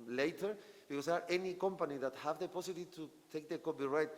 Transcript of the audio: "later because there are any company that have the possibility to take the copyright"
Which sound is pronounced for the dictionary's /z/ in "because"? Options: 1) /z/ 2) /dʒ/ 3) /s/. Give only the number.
3